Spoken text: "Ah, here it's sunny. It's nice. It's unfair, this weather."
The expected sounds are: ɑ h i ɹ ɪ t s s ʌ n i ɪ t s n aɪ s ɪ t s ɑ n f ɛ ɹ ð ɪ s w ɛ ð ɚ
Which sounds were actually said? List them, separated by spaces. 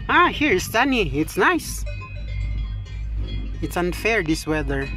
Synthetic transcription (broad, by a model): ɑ h i ɹ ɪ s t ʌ n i ɪ t s n aɪ s ɪ t s ɑ n f ɛ ɹ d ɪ s w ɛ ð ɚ